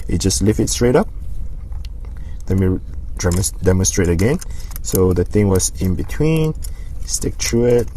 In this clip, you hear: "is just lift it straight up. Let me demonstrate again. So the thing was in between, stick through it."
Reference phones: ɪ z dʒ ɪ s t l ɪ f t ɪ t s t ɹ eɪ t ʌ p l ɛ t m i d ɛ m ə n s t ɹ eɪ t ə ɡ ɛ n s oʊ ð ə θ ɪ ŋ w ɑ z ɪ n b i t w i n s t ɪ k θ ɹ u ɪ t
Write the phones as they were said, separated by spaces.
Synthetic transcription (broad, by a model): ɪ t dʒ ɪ s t l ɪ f ɪ t s t ɹ eɪ t ʌ p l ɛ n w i d ɛ m ə n s t ɹ eɪ t ə ɡ ɛ n s oʊ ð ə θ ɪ ŋ w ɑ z ɪ n b i t w i n s t ɪ k t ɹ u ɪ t